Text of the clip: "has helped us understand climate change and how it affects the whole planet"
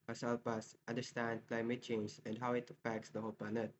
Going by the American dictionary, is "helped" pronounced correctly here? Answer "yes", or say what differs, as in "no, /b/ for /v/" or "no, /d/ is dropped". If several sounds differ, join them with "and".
no, /t/ is dropped